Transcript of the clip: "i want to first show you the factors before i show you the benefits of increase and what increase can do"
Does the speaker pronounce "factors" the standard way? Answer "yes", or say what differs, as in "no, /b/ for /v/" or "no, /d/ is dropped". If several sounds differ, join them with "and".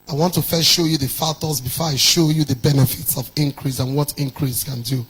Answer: no, /k/ is dropped